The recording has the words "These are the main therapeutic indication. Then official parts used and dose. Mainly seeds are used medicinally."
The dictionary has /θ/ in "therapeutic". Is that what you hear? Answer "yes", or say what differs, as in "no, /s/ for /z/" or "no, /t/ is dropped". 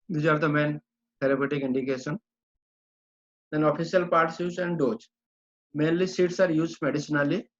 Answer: no, /t/ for /θ/